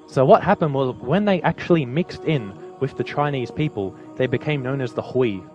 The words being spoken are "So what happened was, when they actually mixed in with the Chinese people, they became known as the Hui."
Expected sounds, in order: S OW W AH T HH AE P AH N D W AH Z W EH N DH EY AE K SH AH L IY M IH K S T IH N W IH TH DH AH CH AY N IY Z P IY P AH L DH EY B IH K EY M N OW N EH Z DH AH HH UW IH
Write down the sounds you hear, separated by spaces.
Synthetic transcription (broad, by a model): S OW W AH T HH AE P AH N D W AH Z W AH N DH EY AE K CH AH L IY M IH K S T IH N W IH DH AH CH AY N IY Z P IY P AH L DH EY B IH K EY M N OW N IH Z DH AH HH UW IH